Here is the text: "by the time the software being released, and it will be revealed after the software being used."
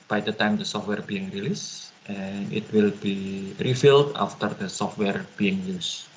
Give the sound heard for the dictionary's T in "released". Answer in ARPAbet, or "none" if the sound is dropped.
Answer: T